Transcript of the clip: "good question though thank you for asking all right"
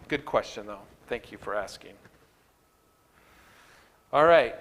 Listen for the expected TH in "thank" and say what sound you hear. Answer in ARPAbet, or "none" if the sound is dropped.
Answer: TH